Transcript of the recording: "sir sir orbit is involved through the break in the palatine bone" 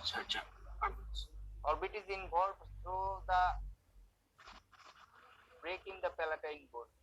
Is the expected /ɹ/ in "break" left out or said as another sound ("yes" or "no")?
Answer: no